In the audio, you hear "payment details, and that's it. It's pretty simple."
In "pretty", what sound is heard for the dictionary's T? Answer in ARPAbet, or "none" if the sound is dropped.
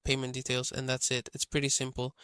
T